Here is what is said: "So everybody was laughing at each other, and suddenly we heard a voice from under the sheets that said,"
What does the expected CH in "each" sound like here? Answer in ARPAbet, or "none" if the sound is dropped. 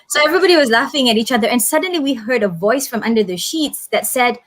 CH